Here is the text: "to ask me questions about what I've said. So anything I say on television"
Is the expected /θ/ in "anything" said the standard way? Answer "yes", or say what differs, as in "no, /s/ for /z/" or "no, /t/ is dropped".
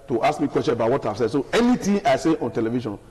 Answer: no, /t/ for /θ/